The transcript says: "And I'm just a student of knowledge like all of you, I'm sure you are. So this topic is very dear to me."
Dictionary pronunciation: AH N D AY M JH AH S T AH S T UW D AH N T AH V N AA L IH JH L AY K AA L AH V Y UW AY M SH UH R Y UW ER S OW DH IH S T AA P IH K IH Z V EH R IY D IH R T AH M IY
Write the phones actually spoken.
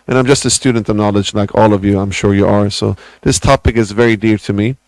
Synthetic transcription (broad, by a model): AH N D AY M JH AH S T AH S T UW D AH N T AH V N AA L IH JH L AY K AA L AH V Y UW AY M SH UH R Y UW ER S OW DH IH S T AA P IH K IH Z V EH R IY D IH R T AH M IY